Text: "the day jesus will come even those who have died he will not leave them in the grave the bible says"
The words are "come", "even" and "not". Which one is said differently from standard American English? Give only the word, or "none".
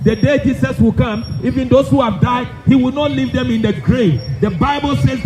even